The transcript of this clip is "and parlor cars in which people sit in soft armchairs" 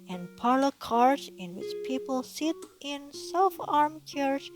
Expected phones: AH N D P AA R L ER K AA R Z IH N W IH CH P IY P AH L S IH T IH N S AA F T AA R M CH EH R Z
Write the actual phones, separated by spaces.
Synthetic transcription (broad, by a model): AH N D P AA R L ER K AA R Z IH N W IH CH P IY P AH L S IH T IH N S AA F AA R M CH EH R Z